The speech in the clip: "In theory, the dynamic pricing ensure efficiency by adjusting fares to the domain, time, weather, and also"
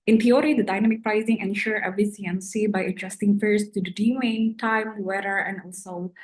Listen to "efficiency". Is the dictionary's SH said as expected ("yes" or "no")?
no